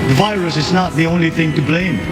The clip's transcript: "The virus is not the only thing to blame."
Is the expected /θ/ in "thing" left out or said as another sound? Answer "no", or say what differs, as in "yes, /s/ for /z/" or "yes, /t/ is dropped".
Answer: no